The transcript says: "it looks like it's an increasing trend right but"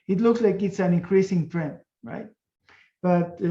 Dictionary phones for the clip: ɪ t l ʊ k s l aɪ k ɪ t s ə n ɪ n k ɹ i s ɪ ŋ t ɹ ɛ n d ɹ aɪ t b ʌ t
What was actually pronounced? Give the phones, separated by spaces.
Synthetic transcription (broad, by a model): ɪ t l ʊ k s l aɪ k ɪ t s ə n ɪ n k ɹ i s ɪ ŋ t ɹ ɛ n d ɹ aɪ t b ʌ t